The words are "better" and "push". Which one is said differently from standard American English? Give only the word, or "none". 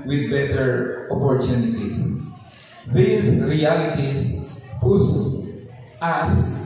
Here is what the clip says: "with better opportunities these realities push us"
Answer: push